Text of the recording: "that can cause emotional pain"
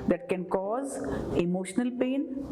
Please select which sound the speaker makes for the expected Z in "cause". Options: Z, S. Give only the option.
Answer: Z